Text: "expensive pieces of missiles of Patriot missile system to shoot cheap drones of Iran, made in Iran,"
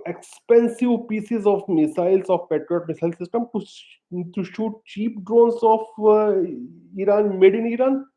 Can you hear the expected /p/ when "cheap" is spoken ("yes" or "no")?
yes